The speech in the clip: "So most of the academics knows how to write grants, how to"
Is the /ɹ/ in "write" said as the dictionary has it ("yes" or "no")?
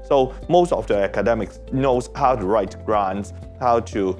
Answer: yes